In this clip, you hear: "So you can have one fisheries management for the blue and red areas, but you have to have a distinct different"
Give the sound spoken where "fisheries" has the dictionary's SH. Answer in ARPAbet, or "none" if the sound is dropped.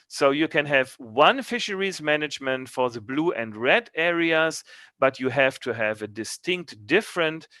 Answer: SH